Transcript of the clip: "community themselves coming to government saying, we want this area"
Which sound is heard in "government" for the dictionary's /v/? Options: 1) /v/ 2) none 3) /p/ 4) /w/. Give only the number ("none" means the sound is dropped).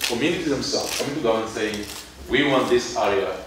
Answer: 2